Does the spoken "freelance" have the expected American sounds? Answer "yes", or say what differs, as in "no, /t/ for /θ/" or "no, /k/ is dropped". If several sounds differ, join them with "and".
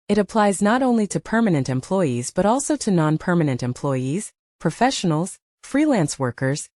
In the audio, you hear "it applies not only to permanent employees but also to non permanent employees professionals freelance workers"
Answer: yes